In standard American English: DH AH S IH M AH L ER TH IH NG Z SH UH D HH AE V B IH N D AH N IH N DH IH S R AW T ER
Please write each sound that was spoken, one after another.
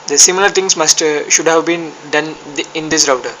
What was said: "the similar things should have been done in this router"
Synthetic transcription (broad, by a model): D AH S IH M AH L ER T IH NG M SH UH D HH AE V B IH N D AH N IH N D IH S R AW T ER